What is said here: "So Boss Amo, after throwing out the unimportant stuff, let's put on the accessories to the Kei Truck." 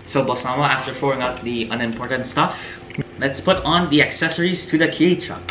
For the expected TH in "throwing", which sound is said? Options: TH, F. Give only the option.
F